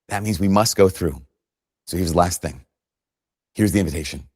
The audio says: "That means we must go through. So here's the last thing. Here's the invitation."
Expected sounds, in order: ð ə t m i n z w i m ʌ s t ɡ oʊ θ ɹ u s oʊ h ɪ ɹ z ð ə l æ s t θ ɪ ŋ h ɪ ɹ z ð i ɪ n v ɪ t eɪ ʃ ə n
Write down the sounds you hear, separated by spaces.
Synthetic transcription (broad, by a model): ð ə t m i n z w i m ʌ s t ɡ oʊ θ ɹ u s oʊ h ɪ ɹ z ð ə l æ s t θ ɪ ŋ h ɪ ɹ z ð i ɪ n v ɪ t eɪ ʃ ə n